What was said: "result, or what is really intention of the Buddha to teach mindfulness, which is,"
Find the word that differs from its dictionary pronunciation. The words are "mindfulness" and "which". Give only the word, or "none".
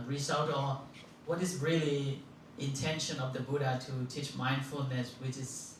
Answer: none